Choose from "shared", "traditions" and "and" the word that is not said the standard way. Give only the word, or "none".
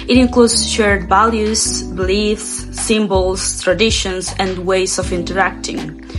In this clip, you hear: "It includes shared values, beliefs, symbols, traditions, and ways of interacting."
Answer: traditions